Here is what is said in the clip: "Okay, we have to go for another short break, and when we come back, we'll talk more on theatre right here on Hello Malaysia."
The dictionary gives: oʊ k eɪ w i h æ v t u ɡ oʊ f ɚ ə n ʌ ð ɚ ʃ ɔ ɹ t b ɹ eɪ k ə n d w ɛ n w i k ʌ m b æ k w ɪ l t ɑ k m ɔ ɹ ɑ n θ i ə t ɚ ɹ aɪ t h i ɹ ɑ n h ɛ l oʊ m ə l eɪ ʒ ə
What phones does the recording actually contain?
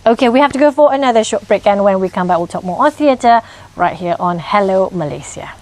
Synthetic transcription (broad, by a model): oʊ k eɪ w i h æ f t u ɡ oʊ f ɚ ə n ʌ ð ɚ ʃ ɔ t b ɹ eɪ k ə n w ɛ n w i k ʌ m b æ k w ɪ l t ɑ k m ɔ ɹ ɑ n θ i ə t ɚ ɹ aɪ t h i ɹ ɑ n h ɛ l oʊ m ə l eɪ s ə